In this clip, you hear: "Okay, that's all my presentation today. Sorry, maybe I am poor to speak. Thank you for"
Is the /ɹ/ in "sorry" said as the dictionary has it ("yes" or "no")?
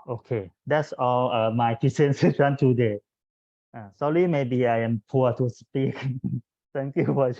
no